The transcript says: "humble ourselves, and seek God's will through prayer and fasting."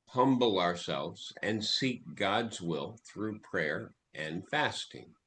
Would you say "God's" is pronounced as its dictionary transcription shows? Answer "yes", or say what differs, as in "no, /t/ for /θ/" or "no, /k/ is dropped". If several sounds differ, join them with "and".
yes